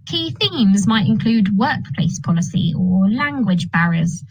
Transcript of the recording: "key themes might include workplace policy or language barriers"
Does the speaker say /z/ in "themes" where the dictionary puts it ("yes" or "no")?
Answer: yes